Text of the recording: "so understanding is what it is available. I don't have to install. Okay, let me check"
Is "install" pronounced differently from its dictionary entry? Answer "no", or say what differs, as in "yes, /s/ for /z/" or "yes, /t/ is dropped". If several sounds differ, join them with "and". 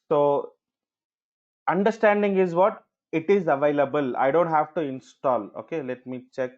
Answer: no